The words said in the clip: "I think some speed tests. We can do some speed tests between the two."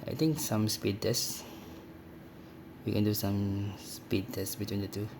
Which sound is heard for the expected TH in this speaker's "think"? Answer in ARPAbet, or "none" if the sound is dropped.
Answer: T